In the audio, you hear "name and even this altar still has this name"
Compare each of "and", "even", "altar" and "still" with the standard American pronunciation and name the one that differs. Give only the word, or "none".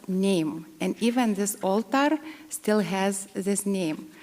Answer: none